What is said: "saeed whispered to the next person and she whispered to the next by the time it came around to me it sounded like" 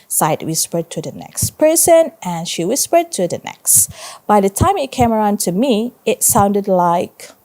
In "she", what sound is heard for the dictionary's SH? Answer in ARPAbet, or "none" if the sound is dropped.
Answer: SH